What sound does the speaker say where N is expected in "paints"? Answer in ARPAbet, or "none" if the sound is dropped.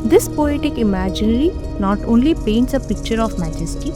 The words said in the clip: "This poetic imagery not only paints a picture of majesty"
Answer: N